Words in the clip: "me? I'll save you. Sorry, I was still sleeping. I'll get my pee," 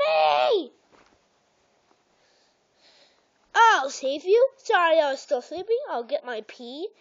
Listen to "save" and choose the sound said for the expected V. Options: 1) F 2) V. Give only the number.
2